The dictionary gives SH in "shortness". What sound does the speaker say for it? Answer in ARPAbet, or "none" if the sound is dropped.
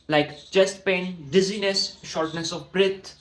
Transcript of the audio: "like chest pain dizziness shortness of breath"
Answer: SH